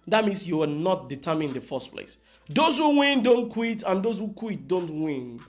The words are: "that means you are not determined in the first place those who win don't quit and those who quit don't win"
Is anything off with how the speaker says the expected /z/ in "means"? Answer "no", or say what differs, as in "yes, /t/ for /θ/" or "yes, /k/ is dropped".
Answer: yes, /s/ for /z/